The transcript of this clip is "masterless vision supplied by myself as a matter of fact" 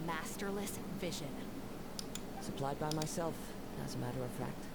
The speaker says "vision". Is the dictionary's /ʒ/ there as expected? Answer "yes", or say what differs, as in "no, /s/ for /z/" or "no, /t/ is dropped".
yes